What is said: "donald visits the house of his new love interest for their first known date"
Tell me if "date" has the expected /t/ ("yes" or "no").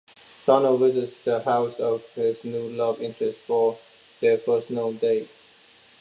no